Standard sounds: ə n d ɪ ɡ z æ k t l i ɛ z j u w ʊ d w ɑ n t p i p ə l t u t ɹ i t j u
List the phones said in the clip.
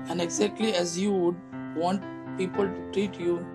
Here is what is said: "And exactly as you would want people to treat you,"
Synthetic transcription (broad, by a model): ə n d ɪ ɡ z æ k t l i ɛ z j u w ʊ d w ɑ n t p i p ə l t u t ɹ i t j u